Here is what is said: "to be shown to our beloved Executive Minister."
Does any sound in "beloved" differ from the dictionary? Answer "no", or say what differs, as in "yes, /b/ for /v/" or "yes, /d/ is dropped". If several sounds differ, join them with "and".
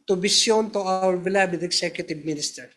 yes, /b/ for /v/